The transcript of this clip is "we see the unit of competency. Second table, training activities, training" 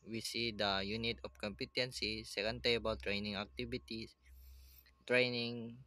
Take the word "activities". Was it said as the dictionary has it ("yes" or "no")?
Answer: no